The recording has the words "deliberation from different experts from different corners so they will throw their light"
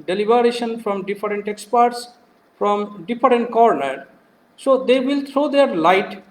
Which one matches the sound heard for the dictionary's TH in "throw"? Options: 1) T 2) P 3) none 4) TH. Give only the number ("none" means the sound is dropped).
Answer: 1